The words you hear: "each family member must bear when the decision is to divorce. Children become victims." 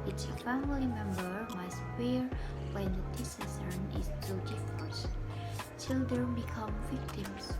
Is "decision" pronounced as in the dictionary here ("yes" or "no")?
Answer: no